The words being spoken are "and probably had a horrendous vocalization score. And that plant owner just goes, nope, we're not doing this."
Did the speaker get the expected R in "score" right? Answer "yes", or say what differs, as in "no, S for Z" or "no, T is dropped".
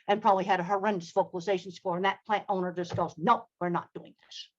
yes